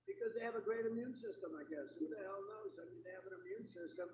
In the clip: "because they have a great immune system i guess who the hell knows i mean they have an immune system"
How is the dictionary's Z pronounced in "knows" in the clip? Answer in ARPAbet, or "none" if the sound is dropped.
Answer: Z